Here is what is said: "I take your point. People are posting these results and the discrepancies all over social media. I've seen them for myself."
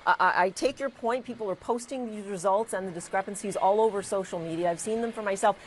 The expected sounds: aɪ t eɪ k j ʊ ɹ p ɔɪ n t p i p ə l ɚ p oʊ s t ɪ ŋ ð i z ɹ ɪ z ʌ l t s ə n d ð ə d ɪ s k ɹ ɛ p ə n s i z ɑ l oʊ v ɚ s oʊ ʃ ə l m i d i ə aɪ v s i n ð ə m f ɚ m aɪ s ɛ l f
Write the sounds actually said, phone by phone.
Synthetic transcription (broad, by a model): aɪ t eɪ k j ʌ ɹ p ɔɪ n t p i p l ɚ p oʊ s t ɪ ŋ ð i z ɹ ɪ z ʌ l t s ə n ð ə d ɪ s k ɹ ɛ p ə n s i z ɑ l oʊ v ɚ s oʊ ʃ l m i d i ə aɪ v s i n ð ə m f ɚ m aɪ s ɛ l f